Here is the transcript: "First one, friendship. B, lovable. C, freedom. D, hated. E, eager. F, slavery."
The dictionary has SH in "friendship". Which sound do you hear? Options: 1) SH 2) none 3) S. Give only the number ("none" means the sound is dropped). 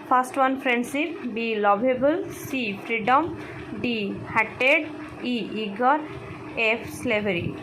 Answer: 3